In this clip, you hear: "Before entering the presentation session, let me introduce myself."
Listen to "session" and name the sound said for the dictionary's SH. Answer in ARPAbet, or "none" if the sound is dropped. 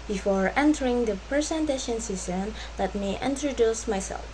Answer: S